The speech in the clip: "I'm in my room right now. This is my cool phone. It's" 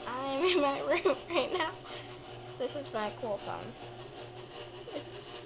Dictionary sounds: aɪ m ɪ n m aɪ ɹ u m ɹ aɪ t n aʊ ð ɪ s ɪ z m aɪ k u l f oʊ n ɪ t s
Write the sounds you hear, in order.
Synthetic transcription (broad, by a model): aɪ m ɪ n m aɪ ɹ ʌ ɹ aɪ t n aʊ ð ɪ s ɪ z m aɪ k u l f oʊ n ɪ t s